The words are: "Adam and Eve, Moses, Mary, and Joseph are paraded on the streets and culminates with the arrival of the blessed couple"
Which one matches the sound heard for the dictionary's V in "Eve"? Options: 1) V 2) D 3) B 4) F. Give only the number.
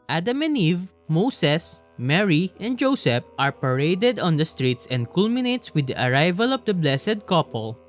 1